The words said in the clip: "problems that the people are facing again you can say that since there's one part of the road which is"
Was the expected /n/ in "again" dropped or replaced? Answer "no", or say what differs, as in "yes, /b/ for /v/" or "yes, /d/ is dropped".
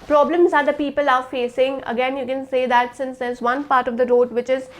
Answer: no